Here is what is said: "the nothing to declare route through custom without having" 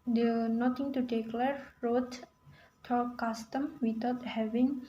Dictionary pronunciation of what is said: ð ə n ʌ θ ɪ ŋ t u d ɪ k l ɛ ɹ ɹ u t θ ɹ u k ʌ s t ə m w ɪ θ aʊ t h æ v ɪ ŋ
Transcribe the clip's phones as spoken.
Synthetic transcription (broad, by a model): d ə n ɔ t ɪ ŋ t u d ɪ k l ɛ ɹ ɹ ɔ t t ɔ k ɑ s t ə m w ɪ t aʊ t h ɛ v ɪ ŋ